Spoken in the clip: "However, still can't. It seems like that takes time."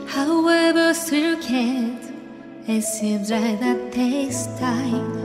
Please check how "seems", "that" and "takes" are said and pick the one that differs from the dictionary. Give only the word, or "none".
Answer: takes